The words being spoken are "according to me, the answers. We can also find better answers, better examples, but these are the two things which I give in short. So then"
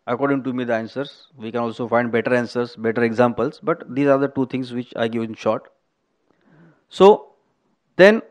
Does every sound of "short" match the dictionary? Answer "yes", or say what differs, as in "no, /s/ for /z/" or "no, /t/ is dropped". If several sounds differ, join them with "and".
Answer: yes